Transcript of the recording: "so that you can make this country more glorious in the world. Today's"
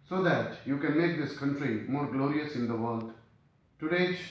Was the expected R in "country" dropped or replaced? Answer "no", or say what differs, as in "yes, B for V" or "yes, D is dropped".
no